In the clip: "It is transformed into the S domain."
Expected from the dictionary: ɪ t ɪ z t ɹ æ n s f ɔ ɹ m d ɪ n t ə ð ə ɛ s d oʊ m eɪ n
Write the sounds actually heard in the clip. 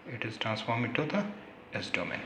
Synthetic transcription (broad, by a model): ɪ t ɪ z t ɹ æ n s f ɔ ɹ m ɪ t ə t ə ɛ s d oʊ m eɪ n